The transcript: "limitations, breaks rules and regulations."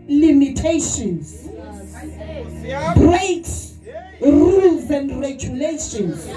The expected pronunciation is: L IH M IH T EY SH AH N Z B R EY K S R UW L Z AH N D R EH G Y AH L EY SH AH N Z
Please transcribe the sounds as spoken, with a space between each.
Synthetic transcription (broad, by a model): L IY M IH T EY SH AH N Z B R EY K R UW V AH N R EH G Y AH L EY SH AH N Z